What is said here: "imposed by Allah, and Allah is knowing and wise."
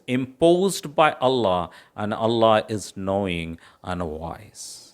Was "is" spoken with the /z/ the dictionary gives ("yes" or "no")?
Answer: yes